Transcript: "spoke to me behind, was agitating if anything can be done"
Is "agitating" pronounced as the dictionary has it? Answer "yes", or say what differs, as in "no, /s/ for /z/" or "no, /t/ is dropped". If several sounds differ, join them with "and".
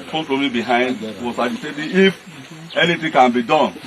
no, /dʒ/ is dropped